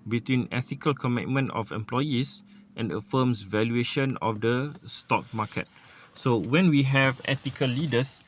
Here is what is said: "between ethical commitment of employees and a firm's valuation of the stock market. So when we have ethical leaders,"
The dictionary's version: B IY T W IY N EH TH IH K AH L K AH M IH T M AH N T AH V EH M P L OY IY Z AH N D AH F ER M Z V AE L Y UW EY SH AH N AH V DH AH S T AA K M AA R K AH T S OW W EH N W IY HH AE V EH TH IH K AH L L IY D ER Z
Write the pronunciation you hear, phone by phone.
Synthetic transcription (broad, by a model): B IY T W IY N EH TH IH K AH L K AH M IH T M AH N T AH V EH M P L OY IY S AH N D AH F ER M S V AE L Y UW EY SH AH N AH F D AH S T AA K M AA K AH T S OW W EH N W IY HH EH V EH T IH K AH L L IY D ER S